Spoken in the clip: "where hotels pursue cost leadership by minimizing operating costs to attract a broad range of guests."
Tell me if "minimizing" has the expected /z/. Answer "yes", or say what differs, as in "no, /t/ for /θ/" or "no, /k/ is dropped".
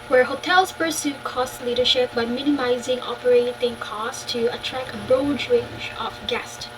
yes